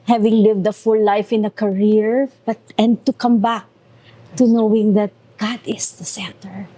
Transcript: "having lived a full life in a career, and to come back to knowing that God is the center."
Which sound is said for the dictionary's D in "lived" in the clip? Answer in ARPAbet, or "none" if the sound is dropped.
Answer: D